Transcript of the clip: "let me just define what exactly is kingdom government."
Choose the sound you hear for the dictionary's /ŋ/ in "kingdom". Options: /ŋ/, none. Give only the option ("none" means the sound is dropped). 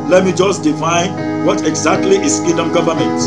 none